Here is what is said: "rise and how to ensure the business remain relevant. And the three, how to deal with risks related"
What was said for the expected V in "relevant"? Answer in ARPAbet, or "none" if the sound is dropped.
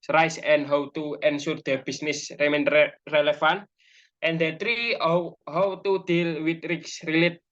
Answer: F